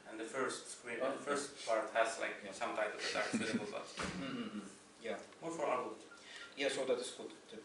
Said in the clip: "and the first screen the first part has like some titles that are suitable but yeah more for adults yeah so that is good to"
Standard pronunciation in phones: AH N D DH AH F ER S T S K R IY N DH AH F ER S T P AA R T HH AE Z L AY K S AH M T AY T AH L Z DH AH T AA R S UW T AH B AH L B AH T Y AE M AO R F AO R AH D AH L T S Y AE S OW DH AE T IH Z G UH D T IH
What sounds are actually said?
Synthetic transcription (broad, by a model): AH N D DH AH F ER S T S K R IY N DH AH F ER S T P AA R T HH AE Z L AY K S AH M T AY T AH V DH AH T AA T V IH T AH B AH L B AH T Y AE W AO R F AO R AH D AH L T Y AE S OW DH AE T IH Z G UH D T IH